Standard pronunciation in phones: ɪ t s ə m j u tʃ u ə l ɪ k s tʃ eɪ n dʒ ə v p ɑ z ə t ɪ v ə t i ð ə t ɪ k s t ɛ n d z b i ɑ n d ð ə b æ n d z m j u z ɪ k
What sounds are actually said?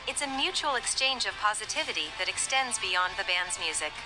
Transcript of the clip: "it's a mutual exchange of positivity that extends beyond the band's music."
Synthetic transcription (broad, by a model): ɪ t s ə m j u tʃ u l ɪ k s tʃ eɪ n dʒ ə v p ɑ z ə t ɪ v ə t i ð ə t ɪ k s t ɛ n d z b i ɑ n ð ə b æ n d z m j u z ɪ k